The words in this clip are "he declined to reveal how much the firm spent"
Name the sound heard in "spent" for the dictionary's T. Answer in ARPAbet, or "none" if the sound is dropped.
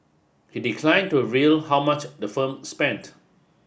T